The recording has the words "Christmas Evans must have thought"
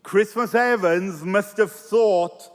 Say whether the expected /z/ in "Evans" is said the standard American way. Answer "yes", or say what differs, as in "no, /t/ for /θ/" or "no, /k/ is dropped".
yes